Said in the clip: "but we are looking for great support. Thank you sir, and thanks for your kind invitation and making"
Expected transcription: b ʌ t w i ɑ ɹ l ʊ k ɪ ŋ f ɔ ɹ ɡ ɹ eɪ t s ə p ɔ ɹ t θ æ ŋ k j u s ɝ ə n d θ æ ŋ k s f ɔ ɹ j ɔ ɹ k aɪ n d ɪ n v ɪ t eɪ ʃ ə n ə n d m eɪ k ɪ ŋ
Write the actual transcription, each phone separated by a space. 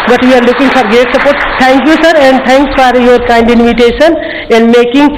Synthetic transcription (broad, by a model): b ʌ t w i ɑ ɹ l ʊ k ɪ ŋ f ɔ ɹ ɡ eɪ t s ə p ɔ ɹ t t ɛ ŋ k j u s ɝ ə n d t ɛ ŋ k s f ɔ ɹ j ɔ ɹ k aɪ n d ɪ n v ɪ t eɪ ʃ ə n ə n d m eɪ k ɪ ŋ